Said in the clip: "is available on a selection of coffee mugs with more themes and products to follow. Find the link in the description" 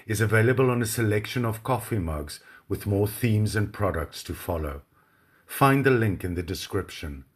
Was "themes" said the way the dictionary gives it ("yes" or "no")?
yes